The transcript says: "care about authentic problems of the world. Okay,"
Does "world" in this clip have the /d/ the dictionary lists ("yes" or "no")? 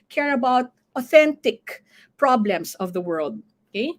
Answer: yes